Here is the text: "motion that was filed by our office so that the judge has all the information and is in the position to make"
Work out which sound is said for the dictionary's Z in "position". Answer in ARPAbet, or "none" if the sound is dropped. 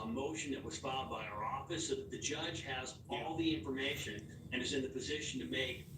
Z